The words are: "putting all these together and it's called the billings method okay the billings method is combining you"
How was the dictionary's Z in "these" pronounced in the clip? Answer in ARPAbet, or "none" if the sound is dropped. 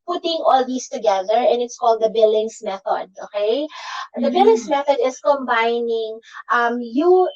S